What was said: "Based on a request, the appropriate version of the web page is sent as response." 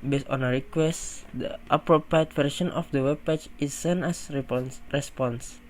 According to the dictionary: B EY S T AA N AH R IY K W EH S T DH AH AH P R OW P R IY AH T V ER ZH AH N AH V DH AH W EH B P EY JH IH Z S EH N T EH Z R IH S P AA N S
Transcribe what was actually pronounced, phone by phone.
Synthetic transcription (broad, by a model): B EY S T AA N AH R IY K W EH S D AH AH P R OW P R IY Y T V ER SH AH N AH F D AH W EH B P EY CH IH S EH N EH S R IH S P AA N S